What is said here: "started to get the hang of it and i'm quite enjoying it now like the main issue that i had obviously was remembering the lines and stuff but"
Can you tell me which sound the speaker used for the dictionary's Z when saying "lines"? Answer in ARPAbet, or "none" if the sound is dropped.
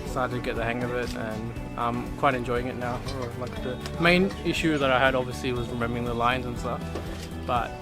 Z